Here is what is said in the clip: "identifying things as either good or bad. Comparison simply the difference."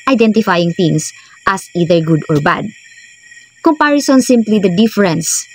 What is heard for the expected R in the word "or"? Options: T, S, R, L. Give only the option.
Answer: R